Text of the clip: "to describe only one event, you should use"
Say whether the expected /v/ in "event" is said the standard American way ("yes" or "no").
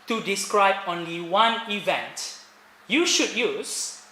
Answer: yes